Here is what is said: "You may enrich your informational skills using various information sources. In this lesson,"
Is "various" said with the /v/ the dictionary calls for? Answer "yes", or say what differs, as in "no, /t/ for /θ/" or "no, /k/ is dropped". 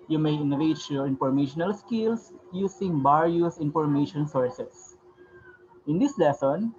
no, /b/ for /v/